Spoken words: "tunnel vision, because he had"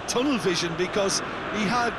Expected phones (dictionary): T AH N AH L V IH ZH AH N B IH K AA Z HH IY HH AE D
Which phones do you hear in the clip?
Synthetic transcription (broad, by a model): T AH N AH L V IH ZH AH N B IH K AA Z HH IY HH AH D